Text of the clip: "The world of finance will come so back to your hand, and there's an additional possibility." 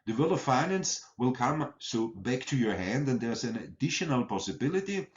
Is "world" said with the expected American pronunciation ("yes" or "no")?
no